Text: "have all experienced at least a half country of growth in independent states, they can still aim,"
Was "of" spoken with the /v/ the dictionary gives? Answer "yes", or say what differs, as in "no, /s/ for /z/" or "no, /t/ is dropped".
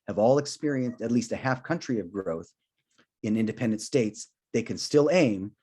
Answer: yes